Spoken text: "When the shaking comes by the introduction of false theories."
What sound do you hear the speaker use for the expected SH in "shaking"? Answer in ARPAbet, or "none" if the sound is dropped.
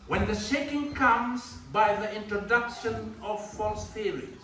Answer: SH